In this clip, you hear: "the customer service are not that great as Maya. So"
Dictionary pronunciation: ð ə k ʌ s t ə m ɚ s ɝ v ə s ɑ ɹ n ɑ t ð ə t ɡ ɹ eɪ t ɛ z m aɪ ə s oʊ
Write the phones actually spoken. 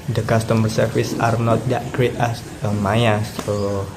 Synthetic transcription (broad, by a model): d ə k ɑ s t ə m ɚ s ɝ f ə s ɑ ɹ n ɑ t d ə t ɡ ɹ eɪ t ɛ s m aɪ ə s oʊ